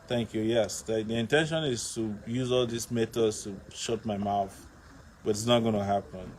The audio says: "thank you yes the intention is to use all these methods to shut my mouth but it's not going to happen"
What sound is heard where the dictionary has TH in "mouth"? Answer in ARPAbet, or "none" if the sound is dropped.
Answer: TH